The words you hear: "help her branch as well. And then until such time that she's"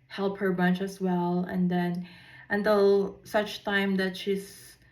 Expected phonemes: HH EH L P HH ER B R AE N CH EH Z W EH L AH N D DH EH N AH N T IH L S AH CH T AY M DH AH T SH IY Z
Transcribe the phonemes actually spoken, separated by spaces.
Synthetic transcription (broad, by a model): HH EH L P HH ER B AH N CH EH S W EH L AH N D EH N AH N T IH L S AH CH T AY M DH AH T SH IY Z